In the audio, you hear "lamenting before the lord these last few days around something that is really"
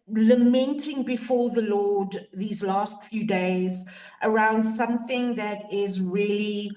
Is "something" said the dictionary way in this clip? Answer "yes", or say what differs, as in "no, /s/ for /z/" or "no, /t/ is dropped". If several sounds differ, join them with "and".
yes